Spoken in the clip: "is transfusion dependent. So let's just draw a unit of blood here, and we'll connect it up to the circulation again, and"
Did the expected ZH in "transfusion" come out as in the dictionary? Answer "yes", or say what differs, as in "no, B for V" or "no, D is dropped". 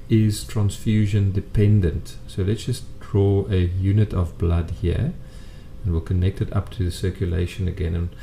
yes